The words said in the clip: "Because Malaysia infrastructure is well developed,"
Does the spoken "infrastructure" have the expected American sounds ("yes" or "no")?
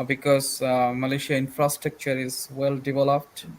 yes